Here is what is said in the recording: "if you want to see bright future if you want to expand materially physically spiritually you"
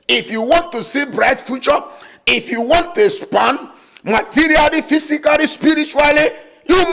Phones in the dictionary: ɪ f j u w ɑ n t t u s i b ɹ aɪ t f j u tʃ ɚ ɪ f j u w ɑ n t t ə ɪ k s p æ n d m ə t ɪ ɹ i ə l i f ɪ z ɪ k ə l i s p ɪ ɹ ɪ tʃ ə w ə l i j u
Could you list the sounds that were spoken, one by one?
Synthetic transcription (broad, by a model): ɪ f j u w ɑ n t t u s i b ɹ aɪ t f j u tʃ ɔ ɪ f j u w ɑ n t t ə s p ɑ n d m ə t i ɹ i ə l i f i s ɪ k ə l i s p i ɹ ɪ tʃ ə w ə l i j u